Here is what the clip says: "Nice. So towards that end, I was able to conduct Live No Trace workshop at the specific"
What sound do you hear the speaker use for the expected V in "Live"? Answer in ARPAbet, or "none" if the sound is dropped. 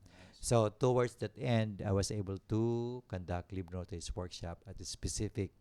B